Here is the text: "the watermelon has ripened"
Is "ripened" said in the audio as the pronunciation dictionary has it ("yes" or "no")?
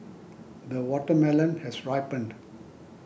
yes